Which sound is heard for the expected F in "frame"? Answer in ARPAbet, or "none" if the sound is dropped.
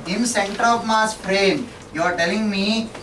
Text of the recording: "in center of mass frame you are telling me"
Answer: P